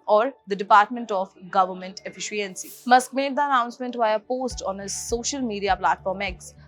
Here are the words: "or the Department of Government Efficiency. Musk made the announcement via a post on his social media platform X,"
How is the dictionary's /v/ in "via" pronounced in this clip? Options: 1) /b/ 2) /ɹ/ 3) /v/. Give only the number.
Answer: 1